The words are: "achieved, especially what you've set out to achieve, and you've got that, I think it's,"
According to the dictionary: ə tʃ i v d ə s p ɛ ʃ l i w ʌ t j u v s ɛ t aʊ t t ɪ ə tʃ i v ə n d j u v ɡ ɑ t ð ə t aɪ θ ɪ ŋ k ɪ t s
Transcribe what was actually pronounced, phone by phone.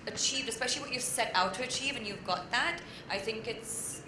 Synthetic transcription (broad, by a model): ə tʃ i v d ə s p ɛ ʃ l i w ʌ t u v s ɛ t aʊ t t ɪ ə tʃ i v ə n j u v ɡ ɑ t ð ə t aɪ θ ɪ ŋ k ɪ t s